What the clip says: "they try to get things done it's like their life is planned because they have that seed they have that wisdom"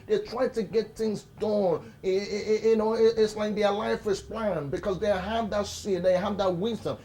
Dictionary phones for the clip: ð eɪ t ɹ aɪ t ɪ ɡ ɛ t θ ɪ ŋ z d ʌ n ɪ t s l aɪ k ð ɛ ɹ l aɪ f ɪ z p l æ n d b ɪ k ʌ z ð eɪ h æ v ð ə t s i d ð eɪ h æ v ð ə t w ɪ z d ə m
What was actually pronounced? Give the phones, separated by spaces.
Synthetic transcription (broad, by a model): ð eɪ t ɹ aɪ t ɪ ɡ ɛ t θ ɪ ŋ z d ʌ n ɪ t s l aɪ k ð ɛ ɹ l aɪ f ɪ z p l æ n b ɪ k ʌ z ð eɪ h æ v ð ə t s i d ð eɪ h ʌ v ð ə t w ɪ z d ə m